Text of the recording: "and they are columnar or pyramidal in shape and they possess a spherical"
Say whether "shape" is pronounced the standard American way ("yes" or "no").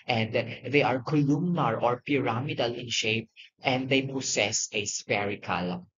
yes